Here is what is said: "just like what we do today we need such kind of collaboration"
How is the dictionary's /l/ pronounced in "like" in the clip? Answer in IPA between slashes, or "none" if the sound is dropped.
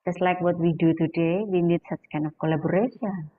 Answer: /l/